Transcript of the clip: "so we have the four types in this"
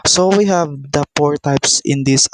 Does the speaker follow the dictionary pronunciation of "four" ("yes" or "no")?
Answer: no